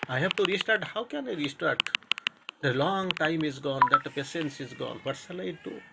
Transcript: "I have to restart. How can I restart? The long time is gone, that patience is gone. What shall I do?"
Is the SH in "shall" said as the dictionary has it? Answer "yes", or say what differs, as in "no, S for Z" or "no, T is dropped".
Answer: no, S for SH